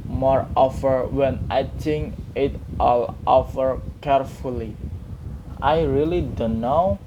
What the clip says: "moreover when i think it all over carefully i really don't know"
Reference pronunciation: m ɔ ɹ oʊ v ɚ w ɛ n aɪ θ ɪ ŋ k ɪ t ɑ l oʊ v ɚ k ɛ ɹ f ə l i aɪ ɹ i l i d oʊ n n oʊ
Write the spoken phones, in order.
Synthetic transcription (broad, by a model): m ɔ ɹ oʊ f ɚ w ɛ n aɪ t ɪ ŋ ɪ t ɑ l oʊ f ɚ k ɛ ɹ f ə l i aɪ ɹ i l i d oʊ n n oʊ